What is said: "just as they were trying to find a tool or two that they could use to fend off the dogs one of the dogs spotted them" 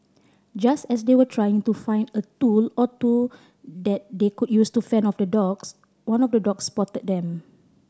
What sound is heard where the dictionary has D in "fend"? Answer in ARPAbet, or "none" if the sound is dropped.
none